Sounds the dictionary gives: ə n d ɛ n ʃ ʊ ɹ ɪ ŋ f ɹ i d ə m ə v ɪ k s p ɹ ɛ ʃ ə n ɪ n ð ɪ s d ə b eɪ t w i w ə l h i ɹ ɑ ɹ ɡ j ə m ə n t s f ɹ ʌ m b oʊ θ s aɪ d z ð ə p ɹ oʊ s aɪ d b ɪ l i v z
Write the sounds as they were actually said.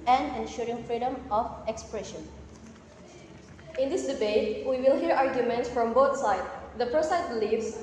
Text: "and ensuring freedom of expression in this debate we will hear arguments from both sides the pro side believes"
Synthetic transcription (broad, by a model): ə n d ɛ n ʃ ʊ ɹ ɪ ŋ f ɹ i d ə m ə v ɪ k s p ɹ ɛ ʃ ə n ɪ n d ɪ s d ə b eɪ t w i w ə l h i ɹ ɑ ɹ ɡ j ə m ə n t s f ɹ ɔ m b oʊ t s aɪ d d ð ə p ɹ oʊ s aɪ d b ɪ l i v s